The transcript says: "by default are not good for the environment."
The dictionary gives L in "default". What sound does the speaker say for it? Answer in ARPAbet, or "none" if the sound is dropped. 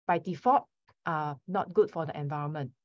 none